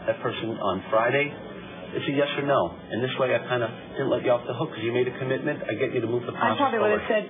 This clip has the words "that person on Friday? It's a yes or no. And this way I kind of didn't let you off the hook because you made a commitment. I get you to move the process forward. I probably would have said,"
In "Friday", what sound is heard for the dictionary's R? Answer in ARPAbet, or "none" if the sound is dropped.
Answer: R